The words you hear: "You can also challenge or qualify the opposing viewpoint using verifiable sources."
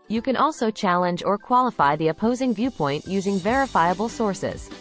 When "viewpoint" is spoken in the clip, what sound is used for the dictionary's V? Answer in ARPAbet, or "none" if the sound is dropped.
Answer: V